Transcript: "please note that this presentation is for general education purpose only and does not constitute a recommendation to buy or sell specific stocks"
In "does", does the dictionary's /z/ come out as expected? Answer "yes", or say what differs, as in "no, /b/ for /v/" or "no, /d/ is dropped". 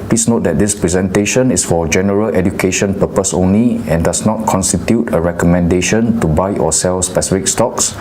no, /s/ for /z/